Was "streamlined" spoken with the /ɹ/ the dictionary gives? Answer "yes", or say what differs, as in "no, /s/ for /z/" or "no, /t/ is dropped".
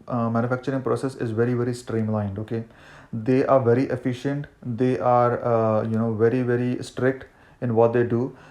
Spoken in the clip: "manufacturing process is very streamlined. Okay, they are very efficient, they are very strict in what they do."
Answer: yes